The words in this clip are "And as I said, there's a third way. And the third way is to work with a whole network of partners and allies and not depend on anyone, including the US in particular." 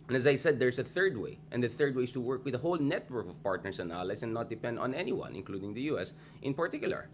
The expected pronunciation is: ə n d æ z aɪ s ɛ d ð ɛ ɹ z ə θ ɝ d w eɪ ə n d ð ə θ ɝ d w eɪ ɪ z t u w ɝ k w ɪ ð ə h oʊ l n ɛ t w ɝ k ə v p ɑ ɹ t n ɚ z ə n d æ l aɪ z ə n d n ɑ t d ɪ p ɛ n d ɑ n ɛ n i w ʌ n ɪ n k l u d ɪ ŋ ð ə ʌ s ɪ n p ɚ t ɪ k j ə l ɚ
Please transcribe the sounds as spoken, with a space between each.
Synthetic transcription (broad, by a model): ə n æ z aɪ s ɛ d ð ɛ ɹ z ə θ ɝ d w eɪ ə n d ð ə θ ɝ d w eɪ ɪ s t u w ɝ k w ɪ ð ə h oʊ l n ɛ t w ɝ k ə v p ɑ ɹ t n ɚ s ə n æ l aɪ s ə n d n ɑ t d ɪ p ɛ n d ɑ n ɛ n i w ʌ n ɪ n k l u d ɪ ŋ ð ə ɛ s ɪ n p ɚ t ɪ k j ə l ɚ